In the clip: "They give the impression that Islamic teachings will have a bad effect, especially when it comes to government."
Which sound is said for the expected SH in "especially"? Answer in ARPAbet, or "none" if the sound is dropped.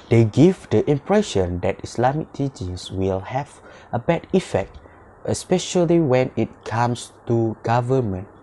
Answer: SH